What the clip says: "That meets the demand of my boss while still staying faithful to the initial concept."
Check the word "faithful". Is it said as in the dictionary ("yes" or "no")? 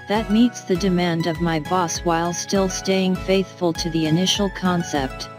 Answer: yes